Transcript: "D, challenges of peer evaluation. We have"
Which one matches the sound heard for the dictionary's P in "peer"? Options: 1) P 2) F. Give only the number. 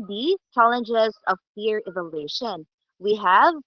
2